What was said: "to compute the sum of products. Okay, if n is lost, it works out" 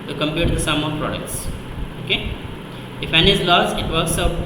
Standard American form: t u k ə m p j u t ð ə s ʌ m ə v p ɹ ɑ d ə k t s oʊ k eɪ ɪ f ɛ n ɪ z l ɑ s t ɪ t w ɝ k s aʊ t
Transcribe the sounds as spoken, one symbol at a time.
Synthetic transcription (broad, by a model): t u k ə m p j u t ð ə s ʌ m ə p ɹ ɑ d ə k t s oʊ k eɪ ɪ f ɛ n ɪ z l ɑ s ɪ t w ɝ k s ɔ